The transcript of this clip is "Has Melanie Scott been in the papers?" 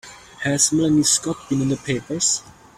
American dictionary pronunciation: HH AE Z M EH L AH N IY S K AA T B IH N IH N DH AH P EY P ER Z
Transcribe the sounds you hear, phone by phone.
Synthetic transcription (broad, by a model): HH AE S M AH L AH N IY S K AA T B IH N IH N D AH P EY P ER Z